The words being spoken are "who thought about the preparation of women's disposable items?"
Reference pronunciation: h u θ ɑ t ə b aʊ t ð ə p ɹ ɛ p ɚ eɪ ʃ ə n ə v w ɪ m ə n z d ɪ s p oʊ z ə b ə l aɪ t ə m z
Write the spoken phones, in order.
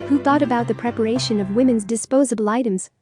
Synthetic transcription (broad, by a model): h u θ ɑ t ə b aʊ t ð ə p ɹ ɛ p ɚ eɪ ʃ ə n ə v w ɪ m ə n z d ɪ s p oʊ z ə b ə l aɪ t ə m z